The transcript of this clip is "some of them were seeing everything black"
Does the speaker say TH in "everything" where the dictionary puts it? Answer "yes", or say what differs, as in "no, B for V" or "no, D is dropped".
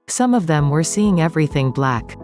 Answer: yes